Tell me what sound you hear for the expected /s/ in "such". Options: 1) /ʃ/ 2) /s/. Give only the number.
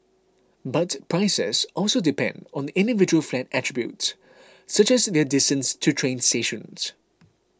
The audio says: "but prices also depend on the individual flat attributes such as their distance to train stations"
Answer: 2